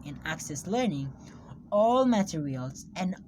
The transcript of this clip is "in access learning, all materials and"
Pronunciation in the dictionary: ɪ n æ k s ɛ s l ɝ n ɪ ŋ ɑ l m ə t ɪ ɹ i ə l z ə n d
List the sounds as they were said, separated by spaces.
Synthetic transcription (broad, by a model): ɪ n æ k s ɛ s l ɝ n ɪ ŋ ɑ l m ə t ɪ ɹ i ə l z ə n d